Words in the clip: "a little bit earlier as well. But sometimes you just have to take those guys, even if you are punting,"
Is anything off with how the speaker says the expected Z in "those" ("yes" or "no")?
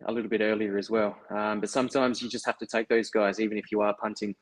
no